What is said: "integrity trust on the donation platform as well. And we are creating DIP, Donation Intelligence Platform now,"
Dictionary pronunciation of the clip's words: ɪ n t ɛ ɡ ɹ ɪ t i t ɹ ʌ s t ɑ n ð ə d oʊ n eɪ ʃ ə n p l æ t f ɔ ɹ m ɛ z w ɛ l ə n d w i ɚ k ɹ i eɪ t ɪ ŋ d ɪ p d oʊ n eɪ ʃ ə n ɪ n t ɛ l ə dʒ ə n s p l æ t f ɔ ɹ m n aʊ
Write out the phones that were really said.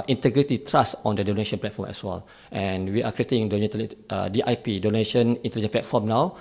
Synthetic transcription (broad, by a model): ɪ n t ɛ ɡ ɹ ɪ t i t ɹ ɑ s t ɑ n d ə d oʊ n eɪ ʃ ə n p l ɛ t f ɔ m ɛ s w ɛ l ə n w i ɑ k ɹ i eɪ t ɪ ŋ d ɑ p d oʊ n eɪ ʃ ə n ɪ n t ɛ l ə dʒ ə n p l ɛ t f ɔ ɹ m n aʊ